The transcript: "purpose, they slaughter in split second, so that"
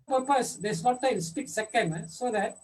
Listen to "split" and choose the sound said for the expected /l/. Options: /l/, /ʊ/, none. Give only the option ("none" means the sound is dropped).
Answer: none